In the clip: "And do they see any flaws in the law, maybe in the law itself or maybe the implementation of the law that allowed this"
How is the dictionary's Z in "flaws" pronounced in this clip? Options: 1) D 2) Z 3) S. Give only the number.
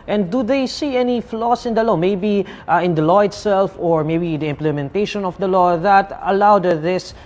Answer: 3